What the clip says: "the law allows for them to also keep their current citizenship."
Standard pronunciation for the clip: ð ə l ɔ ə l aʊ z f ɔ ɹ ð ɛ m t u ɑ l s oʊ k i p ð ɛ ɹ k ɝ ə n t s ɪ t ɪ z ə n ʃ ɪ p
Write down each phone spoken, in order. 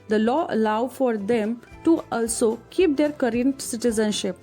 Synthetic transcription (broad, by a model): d ə l ɔ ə l aʊ f ɔ ɹ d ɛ m t u ɑ l s oʊ k i p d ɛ ɹ k ɝ ə n t s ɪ t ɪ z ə n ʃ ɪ p